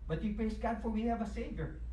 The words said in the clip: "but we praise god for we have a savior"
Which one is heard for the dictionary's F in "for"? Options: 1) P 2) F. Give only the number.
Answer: 2